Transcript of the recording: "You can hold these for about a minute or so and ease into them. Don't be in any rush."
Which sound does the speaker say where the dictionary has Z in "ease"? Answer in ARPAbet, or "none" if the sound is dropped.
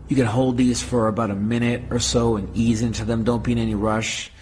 Z